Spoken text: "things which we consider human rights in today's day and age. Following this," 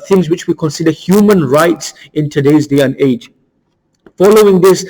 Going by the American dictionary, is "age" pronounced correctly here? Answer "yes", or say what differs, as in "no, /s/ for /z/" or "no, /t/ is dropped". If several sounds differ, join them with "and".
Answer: yes